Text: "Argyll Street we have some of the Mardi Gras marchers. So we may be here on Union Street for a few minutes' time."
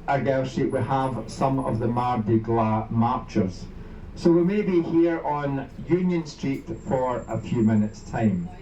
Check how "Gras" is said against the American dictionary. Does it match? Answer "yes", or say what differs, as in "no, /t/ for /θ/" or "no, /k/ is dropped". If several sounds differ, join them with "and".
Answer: no, /l/ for /ɹ/